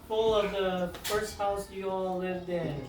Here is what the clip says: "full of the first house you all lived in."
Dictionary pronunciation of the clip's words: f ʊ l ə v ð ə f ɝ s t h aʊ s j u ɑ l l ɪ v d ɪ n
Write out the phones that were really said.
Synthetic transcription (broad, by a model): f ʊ l ə v ð ə f ɝ s t h aʊ s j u ɑ l l ɪ v d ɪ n